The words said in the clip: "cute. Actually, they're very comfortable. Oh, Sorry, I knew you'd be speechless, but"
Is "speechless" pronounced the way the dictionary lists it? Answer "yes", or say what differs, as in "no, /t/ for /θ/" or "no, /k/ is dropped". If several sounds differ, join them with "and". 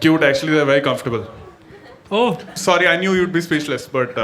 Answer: no, /ʃ/ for /tʃ/